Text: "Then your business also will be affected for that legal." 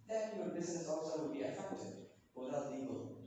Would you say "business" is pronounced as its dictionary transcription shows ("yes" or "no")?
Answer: yes